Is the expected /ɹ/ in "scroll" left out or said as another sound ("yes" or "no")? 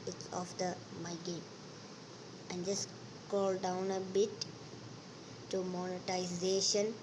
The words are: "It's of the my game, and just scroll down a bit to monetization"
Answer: yes